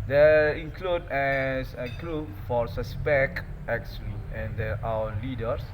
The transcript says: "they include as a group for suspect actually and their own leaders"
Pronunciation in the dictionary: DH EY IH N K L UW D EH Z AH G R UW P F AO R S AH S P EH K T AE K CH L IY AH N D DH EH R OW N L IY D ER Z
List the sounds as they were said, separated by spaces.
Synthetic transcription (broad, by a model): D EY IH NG K L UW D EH S AH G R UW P F AO R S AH S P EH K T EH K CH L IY AH N D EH W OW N L IY D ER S